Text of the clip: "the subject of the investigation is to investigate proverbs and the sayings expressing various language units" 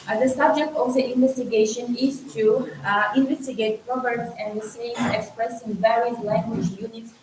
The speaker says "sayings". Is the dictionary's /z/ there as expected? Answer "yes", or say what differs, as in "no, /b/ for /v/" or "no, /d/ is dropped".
no, /z/ is dropped